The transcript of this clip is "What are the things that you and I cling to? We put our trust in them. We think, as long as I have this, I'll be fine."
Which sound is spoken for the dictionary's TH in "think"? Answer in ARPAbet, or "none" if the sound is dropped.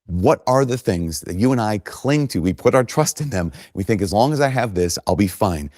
TH